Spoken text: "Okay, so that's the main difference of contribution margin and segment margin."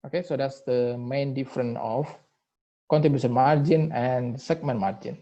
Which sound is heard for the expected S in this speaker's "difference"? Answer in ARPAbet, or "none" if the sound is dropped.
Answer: none